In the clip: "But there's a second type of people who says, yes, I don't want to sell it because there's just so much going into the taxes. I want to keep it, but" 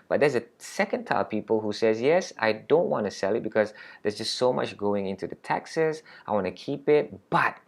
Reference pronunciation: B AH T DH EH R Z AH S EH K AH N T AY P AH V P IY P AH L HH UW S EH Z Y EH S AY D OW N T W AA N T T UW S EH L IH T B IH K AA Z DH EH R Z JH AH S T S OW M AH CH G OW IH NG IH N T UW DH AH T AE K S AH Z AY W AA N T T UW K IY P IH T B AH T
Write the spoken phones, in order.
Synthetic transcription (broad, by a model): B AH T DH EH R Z AH S EH K AH N T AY AH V P IY P AH L HH UW S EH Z Y EH S AY D OW N T W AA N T T UW S EH L IH T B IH K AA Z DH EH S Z JH AH S T S OW M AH CH G OW IH NG IH N T UW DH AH T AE K S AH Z AY W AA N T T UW K IY P IH T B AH T